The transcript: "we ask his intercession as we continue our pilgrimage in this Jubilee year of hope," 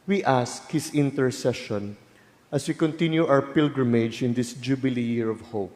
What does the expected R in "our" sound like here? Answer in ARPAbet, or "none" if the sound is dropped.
W